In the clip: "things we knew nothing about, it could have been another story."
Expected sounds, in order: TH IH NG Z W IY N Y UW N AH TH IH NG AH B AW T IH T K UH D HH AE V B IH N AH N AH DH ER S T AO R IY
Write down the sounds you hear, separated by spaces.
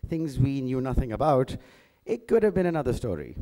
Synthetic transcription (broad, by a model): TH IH NG Z W IY N Y UW N AH TH IH NG AH B AW T IH T K UH D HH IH V B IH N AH N AH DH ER S T AO R IY